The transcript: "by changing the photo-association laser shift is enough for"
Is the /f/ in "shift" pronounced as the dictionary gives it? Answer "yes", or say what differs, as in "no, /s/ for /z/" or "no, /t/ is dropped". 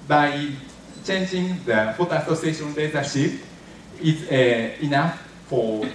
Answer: no, /p/ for /f/